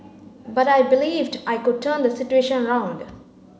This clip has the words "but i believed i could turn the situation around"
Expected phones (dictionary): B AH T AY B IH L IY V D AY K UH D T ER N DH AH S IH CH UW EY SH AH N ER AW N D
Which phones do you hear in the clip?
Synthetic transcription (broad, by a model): B AH T AY B IH L IY V D AY K UH D T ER N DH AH S IH CH UW EY SH AH N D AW N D